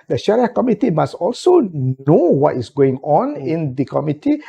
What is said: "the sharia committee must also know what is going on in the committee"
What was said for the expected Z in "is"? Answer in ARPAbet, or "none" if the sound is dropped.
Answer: S